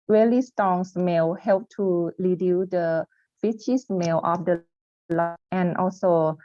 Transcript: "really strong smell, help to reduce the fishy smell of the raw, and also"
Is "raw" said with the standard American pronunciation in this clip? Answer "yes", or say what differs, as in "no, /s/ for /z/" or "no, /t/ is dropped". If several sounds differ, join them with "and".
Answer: no, /l/ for /ɹ/